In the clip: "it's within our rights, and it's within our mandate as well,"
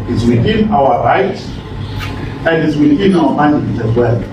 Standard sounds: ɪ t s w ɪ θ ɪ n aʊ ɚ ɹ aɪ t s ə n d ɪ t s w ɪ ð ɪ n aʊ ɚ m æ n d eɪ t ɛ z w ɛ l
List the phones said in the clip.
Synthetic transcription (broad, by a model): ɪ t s w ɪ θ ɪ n aʊ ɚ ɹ aɪ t ə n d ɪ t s w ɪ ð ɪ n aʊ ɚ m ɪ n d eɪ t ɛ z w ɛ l